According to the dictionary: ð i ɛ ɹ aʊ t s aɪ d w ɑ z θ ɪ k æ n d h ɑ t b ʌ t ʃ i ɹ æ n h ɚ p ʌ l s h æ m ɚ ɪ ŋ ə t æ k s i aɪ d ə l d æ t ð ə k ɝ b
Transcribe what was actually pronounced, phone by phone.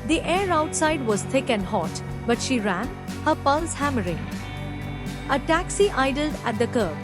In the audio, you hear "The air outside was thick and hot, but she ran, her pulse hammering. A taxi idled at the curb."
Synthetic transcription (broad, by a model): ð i ɛ ɹ aʊ t s aɪ d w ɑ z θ ɪ k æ n d h ɑ t b ʌ t ʃ i ɹ æ n h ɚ p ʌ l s h æ m ɚ ɪ ŋ ə t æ k s i aɪ d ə l d æ t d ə k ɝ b